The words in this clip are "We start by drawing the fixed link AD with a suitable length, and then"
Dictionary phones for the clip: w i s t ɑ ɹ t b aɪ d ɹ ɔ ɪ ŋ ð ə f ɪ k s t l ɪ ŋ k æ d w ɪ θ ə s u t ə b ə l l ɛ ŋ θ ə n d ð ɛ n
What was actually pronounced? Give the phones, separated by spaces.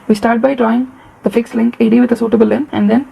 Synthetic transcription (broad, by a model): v i s t ɑ ɹ t b aɪ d ɹ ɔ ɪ ŋ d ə f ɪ k s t l ɪ ŋ k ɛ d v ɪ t ə s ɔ t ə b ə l l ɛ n ə n d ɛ n